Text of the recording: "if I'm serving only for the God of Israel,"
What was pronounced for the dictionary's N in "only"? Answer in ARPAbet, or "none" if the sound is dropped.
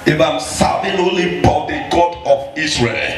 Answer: none